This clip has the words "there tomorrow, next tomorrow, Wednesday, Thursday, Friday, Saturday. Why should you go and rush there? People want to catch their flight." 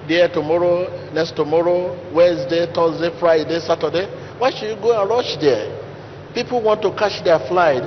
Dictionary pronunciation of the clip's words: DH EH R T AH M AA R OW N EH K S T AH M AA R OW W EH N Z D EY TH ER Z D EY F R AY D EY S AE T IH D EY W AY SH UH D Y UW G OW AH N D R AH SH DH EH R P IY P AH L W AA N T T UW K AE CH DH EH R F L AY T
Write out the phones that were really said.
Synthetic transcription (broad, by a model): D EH T AH M AA R OW N EH K S T AH M AA R OW W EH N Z D EY T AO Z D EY F R AY D EY S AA T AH D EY W AY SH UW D Y UW G OW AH N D R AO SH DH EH P IY P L W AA N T T UW K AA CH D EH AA F L AY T